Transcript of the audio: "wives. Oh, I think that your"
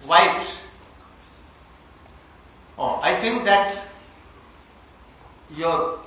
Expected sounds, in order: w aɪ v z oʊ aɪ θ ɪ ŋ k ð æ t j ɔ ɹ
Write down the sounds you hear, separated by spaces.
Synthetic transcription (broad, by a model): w aɪ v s oʊ aɪ t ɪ ŋ k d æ t j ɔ ɹ